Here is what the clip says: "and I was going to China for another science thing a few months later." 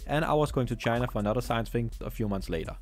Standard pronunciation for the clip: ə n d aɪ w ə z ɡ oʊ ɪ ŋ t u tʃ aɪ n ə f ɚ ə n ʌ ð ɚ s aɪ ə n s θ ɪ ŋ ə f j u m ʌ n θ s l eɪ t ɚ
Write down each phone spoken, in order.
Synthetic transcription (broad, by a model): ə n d aɪ w ə z ɡ oʊ ɪ ŋ t u tʃ aɪ n ə f ɚ ə n ʌ ð ɚ s aɪ ə n s f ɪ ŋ ə f j u m ʌ n θ s l eɪ t ɚ